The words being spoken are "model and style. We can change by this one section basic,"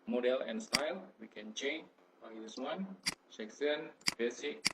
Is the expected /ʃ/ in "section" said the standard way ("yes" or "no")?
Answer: no